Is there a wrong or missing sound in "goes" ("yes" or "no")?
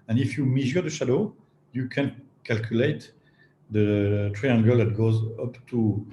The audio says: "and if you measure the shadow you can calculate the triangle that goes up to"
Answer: no